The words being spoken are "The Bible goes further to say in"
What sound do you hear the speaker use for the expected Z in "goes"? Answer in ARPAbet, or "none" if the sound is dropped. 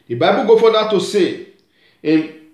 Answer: none